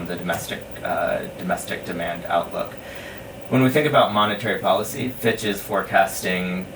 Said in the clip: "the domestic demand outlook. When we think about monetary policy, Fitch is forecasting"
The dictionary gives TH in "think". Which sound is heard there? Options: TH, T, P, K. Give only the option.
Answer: TH